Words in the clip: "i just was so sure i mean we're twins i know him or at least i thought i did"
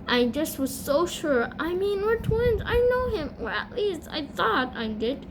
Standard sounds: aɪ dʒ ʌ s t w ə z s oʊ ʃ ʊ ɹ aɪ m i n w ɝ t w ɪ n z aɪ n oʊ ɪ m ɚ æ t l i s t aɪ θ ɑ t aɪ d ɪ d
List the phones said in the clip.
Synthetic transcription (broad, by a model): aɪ dʒ ʌ s t w ə z s oʊ ʃ ʊ ɹ aɪ m i n w ɝ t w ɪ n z aɪ n oʊ ɪ m ɚ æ t l i s t aɪ θ ɑ t aɪ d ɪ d